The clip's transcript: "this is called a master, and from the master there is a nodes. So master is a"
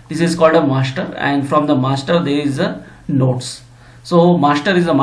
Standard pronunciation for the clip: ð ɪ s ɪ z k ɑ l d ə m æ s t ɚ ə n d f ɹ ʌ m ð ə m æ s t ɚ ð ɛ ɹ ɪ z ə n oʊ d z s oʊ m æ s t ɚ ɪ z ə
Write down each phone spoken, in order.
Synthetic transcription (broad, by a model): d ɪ s ɪ z k ɑ l d ə m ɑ s t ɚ ə n d f ɹ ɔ m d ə m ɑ s t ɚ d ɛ ɹ ɪ z ə n oʊ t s s oʊ m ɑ s t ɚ ɪ z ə